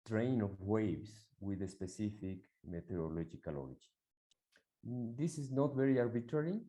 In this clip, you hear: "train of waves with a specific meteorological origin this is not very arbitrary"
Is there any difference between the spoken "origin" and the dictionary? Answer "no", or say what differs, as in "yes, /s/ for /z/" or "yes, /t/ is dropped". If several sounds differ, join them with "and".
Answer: yes, /l/ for /ɹ/